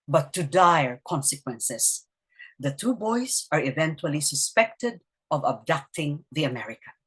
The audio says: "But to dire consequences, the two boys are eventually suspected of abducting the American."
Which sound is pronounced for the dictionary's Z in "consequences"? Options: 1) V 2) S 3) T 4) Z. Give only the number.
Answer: 2